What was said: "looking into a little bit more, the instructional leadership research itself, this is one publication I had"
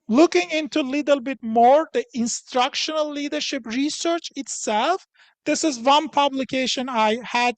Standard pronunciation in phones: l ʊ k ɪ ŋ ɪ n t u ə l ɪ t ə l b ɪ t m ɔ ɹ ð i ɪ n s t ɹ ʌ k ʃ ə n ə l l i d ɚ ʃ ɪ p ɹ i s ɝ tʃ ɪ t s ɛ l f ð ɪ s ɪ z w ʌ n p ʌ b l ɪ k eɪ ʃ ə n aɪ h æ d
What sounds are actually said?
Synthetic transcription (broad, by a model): l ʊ k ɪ ŋ ɪ n t u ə l ɪ t ə l b ɪ t m ɔ ɹ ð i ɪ n s t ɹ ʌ k ʃ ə n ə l l i d ɚ ʃ ɪ p ɹ i s ɝ tʃ ɪ t s ɛ l f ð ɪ s ɪ z w ʌ n p ʌ b l ɪ k eɪ ʃ ə n aɪ h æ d